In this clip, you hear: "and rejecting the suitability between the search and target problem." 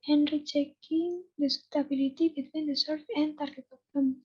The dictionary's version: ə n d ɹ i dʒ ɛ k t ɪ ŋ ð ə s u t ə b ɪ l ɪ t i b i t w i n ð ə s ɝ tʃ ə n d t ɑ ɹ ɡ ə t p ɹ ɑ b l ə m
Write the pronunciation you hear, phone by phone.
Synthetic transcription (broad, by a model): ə n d ɹ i tʃ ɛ k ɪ ŋ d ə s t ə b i l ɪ t i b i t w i n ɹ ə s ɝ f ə n t ɑ ɹ ɡ ə t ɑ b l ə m